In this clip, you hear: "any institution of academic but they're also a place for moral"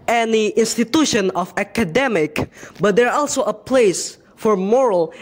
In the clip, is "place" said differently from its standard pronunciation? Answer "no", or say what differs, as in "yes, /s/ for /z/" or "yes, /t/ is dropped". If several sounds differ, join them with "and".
no